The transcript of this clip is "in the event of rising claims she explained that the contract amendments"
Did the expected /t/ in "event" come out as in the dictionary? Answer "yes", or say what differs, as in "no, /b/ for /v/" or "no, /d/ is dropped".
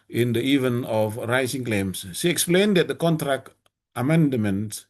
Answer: no, /t/ is dropped